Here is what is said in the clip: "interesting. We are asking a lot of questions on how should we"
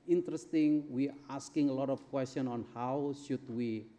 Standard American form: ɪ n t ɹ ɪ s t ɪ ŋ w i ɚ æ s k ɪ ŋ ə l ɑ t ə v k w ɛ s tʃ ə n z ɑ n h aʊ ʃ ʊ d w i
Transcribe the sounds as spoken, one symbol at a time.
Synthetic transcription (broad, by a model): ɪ n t ɹ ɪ s t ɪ ŋ w i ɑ s k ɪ ŋ ə l ɑ t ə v k w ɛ s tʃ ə n ɑ n h aʊ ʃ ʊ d w i